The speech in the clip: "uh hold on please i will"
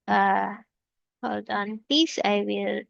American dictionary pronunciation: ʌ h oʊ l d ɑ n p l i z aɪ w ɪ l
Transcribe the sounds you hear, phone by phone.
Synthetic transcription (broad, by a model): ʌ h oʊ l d ɑ n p i s aɪ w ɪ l